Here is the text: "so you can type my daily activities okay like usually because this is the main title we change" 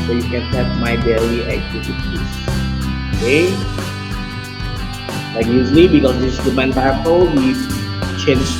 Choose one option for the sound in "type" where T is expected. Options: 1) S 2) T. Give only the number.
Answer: 1